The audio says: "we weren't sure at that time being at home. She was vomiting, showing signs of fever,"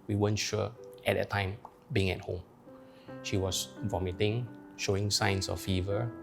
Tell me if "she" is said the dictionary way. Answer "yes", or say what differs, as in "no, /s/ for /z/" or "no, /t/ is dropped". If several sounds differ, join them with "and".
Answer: yes